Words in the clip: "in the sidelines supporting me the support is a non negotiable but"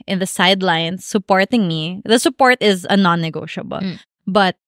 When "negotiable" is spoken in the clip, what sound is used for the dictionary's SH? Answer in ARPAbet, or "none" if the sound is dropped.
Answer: SH